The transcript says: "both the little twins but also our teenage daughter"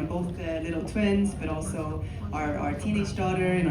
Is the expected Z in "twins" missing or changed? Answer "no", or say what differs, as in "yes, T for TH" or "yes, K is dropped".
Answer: no